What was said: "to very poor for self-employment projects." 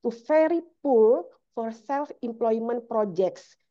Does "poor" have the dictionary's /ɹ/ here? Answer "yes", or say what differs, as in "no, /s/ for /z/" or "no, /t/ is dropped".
no, /l/ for /ɹ/